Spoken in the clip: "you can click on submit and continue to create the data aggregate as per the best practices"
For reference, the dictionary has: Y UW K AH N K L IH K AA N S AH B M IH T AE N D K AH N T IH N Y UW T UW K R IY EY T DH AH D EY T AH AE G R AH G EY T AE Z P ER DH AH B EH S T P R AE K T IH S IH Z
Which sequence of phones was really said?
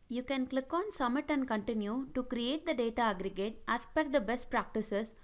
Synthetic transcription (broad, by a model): Y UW K AH N K L IH K AA N S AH M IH T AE N D K AH N T IH N Y UW T UW K R IY EY T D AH D EY T AH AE G R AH G EY T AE S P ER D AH B EH S T P R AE K T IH S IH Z